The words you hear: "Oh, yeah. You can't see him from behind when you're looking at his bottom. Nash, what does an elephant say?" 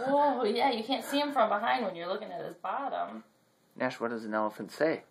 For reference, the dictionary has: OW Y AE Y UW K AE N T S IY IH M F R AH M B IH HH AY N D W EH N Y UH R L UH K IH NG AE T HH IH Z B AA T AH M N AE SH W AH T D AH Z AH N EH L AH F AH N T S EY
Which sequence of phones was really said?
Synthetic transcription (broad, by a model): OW Y AE Y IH K AE N T S IY IH M F R AH M B IH HH AY N D W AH N Y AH R L UH K IH NG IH T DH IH S B AA T AH M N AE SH W AH T D AH Z AH N EH L AH F AH N T S EY